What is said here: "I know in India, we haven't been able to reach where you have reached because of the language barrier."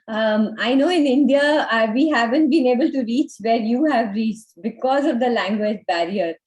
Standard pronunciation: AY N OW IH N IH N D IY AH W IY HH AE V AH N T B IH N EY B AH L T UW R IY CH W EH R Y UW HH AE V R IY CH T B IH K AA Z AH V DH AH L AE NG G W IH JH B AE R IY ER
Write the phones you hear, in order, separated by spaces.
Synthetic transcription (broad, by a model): AY N OW IH N IH N D IY AH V IY HH AE V AH N T B IH N EY B AH L T UW R IY CH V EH R Y UW HH AE V R IY CH T B IH K AA Z AH V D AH L AE NG G W IH JH B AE R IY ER